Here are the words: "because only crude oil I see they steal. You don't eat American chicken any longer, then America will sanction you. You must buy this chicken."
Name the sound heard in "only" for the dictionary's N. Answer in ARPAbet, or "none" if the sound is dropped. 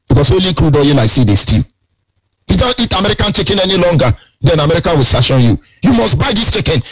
none